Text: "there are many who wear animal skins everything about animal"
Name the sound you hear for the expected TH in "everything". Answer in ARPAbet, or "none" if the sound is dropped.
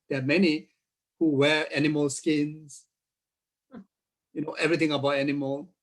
T